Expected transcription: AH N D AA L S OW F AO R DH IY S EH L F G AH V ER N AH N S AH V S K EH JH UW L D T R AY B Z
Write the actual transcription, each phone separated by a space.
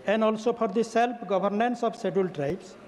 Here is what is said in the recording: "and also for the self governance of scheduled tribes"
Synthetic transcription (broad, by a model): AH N D AA L S OW P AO R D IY S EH L P G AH B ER N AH N S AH B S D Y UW L T R AY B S